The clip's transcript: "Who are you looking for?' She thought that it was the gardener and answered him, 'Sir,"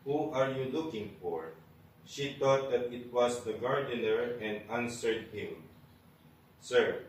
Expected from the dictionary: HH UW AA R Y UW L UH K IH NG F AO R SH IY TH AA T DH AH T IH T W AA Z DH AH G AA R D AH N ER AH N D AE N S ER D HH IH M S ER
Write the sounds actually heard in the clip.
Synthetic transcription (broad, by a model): HH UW AA R Y UW L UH K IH NG F AO R SH IY T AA T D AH T IH T W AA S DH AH G AA R D AH N ER AH N D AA N S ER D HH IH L S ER